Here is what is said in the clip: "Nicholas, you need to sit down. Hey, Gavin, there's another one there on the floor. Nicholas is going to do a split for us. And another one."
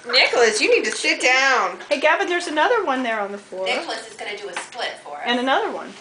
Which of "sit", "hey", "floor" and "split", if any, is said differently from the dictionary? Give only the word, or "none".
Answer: sit